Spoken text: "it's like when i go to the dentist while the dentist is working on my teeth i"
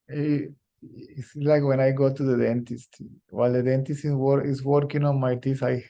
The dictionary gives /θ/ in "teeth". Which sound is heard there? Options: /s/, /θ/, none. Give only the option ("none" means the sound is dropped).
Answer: /s/